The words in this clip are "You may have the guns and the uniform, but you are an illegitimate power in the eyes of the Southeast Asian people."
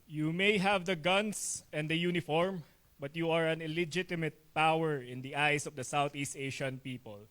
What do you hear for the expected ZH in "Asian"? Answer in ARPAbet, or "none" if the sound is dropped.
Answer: SH